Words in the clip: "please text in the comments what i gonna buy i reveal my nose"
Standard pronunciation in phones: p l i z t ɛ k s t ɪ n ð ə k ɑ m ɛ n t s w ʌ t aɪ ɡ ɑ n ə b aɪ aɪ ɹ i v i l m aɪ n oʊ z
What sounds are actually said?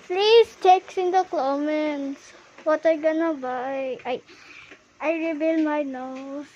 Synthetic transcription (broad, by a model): p l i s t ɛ k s ɪ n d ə k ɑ m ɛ n t s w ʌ t aɪ ɡ ɑ n ə b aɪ aɪ ɹ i b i l m aɪ n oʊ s